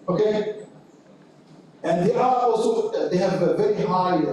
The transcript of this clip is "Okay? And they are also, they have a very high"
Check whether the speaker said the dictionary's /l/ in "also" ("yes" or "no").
no